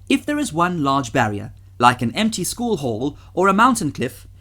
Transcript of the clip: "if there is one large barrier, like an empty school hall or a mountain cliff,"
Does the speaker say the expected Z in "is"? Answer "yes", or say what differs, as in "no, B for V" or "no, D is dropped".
yes